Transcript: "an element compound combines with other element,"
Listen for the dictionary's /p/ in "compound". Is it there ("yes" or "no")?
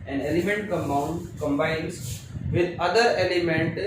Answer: no